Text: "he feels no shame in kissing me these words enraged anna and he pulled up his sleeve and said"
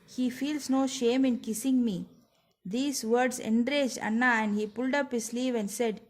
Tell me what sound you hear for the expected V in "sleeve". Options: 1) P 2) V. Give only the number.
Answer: 2